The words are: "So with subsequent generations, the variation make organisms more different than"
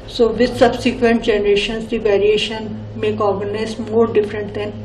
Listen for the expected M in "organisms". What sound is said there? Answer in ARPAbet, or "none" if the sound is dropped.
none